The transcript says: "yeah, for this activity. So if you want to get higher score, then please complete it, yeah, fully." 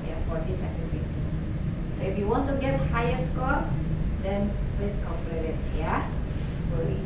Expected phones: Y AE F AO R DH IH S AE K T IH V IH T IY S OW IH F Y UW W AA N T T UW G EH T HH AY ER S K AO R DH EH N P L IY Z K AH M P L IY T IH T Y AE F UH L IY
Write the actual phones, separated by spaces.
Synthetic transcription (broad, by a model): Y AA F AO R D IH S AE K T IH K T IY S OW IH F Y UW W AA N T T UW G EH T HH AY ER S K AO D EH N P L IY S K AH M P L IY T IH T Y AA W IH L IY